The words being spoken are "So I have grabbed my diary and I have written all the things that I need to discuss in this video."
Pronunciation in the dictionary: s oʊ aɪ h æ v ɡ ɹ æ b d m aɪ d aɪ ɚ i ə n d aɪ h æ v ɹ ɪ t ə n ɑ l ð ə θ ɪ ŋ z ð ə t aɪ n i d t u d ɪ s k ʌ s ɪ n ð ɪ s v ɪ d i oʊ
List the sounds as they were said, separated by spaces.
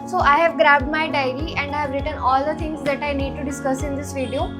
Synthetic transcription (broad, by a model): s oʊ aɪ h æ v ɡ ɹ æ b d m aɪ d aɪ ɚ i ə n d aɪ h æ v ɹ ɪ t ə n ɑ l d ə t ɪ ŋ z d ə t aɪ n i d t u d ɪ s k ʌ s ɪ n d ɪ s v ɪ d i oʊ